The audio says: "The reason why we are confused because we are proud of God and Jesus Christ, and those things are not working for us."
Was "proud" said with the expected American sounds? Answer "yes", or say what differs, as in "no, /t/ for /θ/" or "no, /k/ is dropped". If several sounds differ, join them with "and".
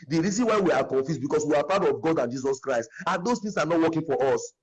no, /ɹ/ is dropped